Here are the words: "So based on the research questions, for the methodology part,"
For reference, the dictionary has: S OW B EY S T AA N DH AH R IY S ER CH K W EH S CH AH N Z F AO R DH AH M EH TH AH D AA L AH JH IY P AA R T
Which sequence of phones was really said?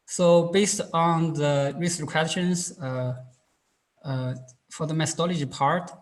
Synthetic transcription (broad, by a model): S OW B EY S T AA N DH AH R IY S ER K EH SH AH N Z F AO R DH AH M EH TH AH D AA L AH JH IY P AA R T